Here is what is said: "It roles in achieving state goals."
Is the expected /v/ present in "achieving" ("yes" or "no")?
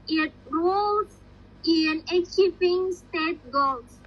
no